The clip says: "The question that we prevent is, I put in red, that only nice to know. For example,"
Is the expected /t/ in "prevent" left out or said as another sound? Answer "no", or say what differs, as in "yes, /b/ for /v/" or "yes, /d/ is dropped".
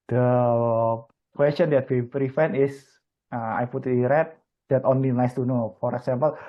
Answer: yes, /t/ is dropped